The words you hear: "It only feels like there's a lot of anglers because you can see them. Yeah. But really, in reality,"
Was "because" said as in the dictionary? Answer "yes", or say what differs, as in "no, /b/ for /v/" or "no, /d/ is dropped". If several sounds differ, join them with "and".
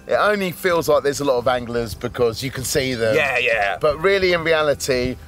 yes